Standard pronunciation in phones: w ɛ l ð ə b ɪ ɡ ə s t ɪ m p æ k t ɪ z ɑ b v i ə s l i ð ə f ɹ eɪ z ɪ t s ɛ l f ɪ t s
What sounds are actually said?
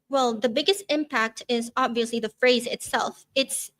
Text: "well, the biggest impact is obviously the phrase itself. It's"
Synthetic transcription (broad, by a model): w ɛ l ð ə b ɪ ɡ ə s t ɪ m p æ k t ɪ z ɑ b v i ə s l i ð ə f ɹ eɪ z ɪ t s ɛ l f ɪ t s